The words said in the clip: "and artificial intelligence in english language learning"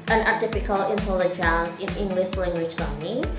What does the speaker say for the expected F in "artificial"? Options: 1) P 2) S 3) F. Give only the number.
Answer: 1